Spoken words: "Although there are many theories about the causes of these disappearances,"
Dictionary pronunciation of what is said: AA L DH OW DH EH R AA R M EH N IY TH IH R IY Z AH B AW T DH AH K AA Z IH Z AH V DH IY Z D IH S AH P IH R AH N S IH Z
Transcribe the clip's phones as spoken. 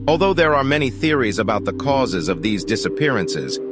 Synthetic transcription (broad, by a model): AA L DH OW DH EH R AA R M EH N IY TH IH R IY Z AH B AW T DH AH K AA Z IH Z AH V DH IY Z D IH S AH P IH R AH N S IH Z